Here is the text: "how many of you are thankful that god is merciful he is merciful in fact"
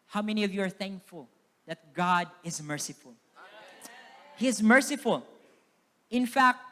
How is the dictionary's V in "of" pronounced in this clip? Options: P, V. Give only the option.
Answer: V